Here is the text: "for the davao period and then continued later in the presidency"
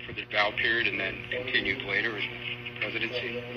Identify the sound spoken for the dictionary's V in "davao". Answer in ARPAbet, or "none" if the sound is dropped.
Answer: none